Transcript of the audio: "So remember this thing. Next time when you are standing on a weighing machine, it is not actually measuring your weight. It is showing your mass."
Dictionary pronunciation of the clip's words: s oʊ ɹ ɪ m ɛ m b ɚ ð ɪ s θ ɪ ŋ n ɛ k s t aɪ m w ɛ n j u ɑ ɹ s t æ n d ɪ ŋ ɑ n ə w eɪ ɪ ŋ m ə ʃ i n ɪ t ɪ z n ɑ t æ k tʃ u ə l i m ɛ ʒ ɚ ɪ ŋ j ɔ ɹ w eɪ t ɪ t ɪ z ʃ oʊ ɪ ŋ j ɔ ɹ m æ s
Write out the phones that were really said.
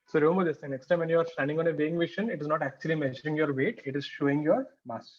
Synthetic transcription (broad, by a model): s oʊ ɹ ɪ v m ɚ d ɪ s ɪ n ɛ k s t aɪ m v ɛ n j u ɑ ɹ s t æ n d ɪ ŋ ɑ n ə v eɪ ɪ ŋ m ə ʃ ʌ n ɪ t ɪ z n ɑ t æ k tʃ u ə l i m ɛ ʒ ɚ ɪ ŋ j ɔ ɹ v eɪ t ɪ t ɪ z ʃ oʊ ɪ ŋ j ɔ ɹ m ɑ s